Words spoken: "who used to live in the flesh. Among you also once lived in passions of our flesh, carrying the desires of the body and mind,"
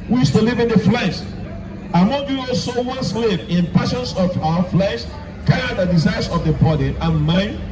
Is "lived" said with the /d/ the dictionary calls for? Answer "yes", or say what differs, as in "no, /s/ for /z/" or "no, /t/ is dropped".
no, /d/ is dropped